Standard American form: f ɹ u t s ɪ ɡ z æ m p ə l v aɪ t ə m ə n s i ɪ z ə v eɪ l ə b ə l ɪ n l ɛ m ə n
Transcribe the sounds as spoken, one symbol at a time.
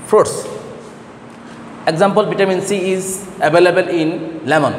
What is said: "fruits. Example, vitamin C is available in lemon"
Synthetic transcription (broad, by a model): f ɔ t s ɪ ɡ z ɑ m p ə l b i t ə m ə n s i ɪ z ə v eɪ l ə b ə l ɪ n l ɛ m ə n